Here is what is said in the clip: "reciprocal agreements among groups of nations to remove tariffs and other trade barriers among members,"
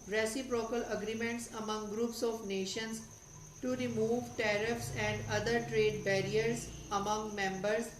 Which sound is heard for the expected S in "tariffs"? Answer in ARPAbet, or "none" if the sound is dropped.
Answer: S